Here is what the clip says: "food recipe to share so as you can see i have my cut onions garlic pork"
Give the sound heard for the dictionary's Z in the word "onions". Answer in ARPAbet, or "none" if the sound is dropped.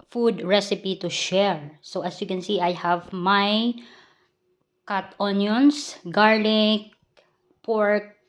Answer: S